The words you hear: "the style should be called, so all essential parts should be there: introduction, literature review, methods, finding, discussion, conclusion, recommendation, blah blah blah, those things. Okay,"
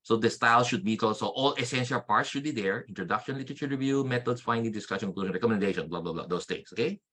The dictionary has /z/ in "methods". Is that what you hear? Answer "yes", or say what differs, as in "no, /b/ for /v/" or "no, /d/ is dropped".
no, /s/ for /z/